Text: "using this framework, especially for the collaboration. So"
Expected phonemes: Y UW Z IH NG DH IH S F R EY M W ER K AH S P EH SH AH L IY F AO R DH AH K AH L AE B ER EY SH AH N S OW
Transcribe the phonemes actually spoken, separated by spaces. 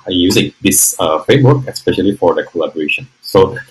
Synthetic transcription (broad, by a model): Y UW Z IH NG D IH S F EY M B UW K AH S P EH SH AH L IY F AO R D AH K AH L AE B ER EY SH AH N S OW